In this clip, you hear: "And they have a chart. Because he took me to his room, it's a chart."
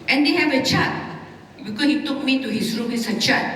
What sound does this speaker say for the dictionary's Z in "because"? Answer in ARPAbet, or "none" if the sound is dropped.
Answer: none